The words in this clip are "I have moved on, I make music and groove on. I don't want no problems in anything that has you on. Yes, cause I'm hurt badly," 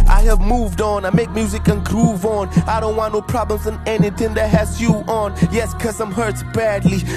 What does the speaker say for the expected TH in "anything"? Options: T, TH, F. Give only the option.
TH